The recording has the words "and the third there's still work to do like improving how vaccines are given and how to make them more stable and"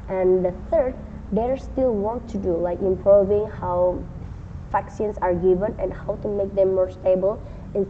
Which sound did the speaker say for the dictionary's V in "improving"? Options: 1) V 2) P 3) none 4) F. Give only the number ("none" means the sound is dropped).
1